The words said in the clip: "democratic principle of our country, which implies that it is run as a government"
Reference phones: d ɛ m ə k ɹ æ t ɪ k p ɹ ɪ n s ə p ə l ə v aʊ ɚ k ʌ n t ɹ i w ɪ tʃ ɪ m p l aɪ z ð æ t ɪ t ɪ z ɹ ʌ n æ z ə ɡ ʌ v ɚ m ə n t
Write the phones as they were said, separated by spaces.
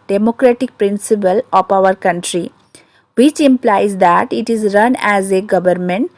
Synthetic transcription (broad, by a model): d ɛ m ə k ɹ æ t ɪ k p ɹ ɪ n s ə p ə l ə p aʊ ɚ k ʌ n t ɹ i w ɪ tʃ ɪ m p l aɪ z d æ t ɪ t ɪ z ɹ ʌ n æ z ə ɡ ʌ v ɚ m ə n t